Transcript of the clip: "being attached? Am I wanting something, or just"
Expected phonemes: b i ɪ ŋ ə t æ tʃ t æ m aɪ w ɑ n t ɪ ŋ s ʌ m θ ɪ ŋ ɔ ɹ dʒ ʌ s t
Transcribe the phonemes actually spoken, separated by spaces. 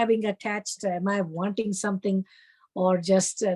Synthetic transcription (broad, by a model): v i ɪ ŋ ə t æ tʃ t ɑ m aɪ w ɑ n t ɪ ŋ s ʌ m t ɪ ŋ ɔ ɹ dʒ ʌ s t